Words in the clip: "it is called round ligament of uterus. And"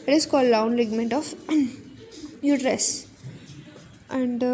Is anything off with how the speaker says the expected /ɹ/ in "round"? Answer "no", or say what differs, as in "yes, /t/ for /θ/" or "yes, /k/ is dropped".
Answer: yes, /l/ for /ɹ/